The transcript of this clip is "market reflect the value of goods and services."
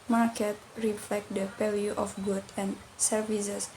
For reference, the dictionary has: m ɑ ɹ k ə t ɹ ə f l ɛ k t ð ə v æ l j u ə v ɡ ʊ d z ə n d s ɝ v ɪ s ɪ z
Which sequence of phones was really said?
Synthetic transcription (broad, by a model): m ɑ ɹ k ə t ɹ ə f l ɛ k t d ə p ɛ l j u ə f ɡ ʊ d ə n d s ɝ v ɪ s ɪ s